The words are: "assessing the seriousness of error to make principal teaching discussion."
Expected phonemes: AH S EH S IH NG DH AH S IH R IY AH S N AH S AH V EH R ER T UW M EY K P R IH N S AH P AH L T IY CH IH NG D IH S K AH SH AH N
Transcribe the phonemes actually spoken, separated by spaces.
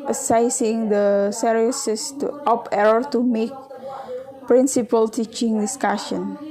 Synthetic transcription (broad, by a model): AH S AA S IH NG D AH S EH R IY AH S AH S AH P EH R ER T UW M EY K P R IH N S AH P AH L T IY CH IH NG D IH S K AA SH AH N